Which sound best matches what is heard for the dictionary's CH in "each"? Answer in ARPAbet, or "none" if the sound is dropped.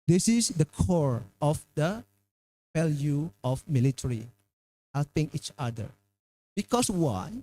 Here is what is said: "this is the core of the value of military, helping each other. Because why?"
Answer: CH